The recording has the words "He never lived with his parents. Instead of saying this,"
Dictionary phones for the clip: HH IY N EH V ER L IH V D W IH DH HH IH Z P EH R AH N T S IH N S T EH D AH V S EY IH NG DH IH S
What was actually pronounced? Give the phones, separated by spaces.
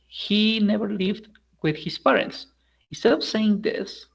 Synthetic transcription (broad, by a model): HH IY N EH V ER L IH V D W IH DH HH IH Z P EH R AH N T S IH N S T EH D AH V S EY IH NG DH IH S